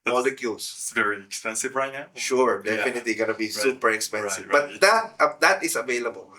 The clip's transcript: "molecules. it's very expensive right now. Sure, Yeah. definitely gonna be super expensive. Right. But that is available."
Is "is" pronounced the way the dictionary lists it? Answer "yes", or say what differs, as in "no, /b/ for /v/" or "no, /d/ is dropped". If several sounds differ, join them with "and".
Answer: no, /s/ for /z/